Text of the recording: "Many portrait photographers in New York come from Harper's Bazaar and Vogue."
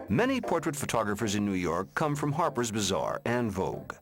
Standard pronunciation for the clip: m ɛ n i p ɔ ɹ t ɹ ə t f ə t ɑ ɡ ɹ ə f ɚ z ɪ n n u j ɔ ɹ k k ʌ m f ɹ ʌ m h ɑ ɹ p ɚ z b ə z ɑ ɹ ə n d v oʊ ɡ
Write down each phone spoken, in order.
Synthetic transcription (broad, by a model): m ɛ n i p ɔ ɹ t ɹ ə t f ə t ɑ ɡ ɹ ə f ɚ z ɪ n n u j ɔ ɹ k k ʌ m f ɹ ʌ m h ɑ ɹ p ɚ z b ə z ɑ ɹ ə n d v oʊ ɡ